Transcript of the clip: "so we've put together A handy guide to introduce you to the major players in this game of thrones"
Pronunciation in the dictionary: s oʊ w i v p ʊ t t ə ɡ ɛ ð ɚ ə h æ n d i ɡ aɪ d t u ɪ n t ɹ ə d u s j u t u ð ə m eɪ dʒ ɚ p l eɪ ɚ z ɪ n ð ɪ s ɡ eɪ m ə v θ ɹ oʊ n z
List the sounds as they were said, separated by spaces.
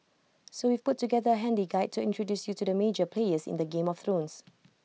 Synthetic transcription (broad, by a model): s oʊ w i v p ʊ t t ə ɡ ɛ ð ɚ ə h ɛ n d i ɡ aɪ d t u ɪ n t ɹ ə d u s j u t u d ə m eɪ dʒ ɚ p l eɪ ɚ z ɪ n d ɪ ɡ eɪ m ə f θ ɹ oʊ n s